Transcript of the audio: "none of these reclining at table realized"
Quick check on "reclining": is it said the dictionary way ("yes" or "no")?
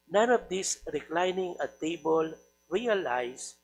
yes